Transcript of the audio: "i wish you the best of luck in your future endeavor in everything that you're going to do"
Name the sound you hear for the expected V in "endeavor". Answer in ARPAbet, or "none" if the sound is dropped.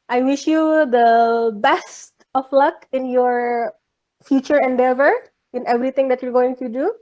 V